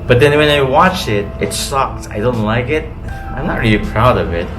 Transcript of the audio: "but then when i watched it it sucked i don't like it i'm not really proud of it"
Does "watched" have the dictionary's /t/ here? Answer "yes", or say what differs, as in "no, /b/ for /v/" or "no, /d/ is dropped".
no, /t/ is dropped